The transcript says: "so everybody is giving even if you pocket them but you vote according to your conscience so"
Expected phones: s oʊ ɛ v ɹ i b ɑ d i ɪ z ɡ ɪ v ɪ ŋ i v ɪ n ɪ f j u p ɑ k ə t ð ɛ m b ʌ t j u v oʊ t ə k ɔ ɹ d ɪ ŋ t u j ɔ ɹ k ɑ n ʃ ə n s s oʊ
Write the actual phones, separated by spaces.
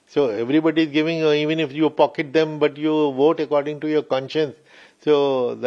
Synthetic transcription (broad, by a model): s oʊ ɛ v ɹ i b ɑ d i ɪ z ɡ ɪ v ɪ ŋ i v ɪ n ɪ f j u p ɑ k ə t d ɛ m b ʌ t j u v oʊ t ə k ɔ ɹ d ɪ ŋ t u j ɔ ɹ k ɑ n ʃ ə n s s oʊ